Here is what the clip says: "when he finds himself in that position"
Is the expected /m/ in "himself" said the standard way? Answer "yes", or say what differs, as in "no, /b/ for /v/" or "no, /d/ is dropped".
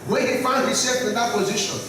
no, /m/ is dropped